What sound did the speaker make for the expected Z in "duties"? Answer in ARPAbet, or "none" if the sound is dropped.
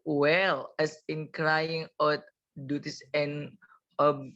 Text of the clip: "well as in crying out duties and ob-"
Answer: S